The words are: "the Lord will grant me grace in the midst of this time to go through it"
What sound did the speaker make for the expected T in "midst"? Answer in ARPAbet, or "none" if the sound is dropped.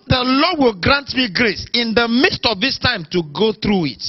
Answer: T